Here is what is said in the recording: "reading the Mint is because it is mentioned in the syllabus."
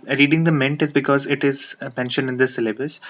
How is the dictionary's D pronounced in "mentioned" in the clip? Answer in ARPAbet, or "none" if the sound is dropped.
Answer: none